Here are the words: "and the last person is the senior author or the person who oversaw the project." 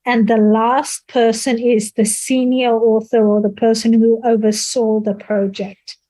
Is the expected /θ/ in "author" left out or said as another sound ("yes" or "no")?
no